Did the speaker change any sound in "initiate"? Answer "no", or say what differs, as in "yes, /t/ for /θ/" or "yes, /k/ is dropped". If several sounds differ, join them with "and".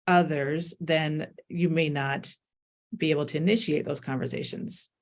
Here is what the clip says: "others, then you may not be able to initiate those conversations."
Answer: no